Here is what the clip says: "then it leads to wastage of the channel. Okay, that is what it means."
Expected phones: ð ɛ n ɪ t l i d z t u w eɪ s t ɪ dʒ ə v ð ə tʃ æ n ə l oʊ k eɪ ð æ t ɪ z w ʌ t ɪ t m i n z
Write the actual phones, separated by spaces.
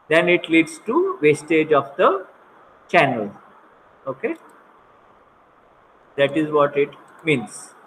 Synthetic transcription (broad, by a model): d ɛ n ɪ t l i d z t u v eɪ s t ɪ dʒ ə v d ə tʃ æ n ə l oʊ k eɪ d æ t ɪ z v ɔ t ɪ t m i n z